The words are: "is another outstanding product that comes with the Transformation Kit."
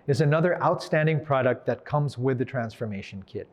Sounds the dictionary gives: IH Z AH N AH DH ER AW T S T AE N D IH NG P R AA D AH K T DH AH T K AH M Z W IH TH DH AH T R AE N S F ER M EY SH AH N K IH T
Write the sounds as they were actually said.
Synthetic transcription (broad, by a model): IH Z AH N AH DH ER AW T S T AE N D IH NG P R AA D AH K T DH AH T K AH M Z W IH DH AH T R AE N S F ER M EY SH AH N K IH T